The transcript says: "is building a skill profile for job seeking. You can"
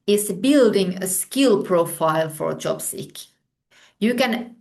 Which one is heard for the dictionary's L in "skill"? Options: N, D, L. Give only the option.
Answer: L